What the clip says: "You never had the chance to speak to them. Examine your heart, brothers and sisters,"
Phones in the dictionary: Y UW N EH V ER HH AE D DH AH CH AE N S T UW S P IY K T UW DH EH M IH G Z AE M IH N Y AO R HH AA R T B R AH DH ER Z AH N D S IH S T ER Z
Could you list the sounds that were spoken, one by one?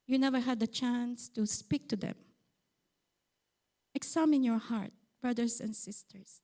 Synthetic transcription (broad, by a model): Y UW N EH V ER HH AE D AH CH AE N S T UW S P IY K T UW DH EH M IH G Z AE M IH N Y AO R HH AA R T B R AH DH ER S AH N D S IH S T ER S